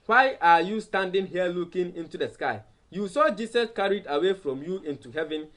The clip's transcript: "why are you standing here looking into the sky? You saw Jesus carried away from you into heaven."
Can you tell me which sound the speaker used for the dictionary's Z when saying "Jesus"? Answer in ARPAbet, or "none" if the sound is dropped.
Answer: S